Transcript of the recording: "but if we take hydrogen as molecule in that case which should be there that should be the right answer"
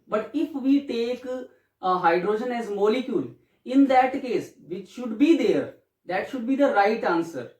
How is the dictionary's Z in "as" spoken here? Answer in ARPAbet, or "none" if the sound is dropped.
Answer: Z